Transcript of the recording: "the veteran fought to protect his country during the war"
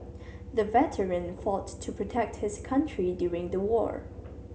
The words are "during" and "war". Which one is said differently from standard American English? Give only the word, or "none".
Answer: none